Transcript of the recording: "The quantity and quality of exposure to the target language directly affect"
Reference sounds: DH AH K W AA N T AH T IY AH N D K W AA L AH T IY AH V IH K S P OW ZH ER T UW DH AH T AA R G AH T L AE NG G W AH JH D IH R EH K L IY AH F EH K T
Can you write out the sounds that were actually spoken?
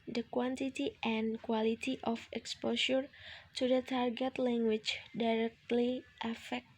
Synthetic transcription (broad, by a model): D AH K W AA N T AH T IY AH N K W AA L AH T IY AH F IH K S P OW SH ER T UW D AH T AA R G AH T L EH NG G W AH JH D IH R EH K L IY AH F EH K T